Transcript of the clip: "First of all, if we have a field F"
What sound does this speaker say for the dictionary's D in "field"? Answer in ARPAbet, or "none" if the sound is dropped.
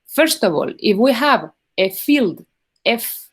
D